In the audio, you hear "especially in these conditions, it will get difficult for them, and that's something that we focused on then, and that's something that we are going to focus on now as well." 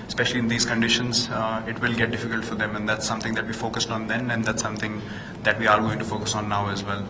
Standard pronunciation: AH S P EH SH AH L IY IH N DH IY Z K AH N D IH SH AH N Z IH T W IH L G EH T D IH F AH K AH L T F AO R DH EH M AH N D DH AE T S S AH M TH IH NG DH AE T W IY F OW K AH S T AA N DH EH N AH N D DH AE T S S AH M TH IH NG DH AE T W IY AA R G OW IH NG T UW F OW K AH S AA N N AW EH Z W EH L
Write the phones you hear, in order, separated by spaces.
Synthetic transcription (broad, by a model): S P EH SH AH L IY IH N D IY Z K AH N D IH SH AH N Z IH T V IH L G EH T D IH F AH K AH L T F AO R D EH M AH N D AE T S S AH M T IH NG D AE T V IY F OW K AH S T AA N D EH N AH N D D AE T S S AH M T IH NG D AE T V IY AA R G OW IH NG T UW F OW K AH S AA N N AW EH Z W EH L